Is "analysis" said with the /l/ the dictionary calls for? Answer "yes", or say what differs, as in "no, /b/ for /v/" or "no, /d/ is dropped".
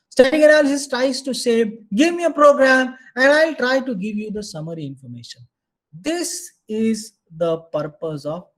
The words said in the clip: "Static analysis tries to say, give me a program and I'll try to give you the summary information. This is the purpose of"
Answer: no, /l/ is dropped